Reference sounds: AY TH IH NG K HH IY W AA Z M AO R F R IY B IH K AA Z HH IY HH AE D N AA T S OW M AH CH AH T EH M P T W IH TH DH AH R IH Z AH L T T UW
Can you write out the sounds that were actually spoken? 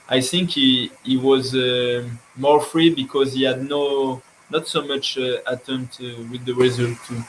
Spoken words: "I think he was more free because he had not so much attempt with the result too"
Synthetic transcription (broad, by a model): AY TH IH NG K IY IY W AA Z M AO R F R IY B IH K AA Z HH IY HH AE D N AA T S OW M AH CH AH T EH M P T W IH DH AH R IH Z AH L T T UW